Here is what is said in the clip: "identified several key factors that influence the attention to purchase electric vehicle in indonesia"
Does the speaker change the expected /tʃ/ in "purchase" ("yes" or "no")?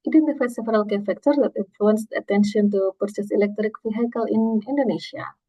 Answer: yes